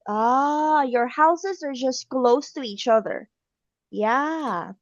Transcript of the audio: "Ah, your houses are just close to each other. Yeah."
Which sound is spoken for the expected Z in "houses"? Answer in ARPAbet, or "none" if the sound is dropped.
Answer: Z